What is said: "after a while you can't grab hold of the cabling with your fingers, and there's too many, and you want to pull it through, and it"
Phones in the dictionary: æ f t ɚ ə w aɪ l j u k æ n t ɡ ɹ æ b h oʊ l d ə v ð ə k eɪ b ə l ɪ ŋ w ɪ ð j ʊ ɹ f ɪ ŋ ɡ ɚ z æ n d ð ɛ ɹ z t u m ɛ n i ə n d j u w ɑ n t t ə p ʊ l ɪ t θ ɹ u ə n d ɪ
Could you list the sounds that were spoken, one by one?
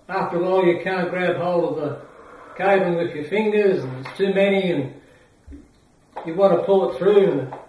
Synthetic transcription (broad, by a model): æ f t ɚ ə l j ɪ k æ n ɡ ɹ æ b h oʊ l ə v ð ə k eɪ ə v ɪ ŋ w ɪ ð j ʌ ɹ f ɪ ŋ ɡ ɚ z n ð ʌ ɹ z t u m ɛ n i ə n j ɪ w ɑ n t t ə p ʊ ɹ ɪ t θ ɹ u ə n